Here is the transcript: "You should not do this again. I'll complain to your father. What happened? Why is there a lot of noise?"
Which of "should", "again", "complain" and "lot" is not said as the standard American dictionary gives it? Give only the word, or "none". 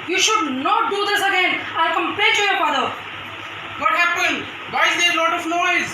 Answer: complain